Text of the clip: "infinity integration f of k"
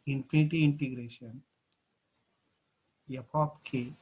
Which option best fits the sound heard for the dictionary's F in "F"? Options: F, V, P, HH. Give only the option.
P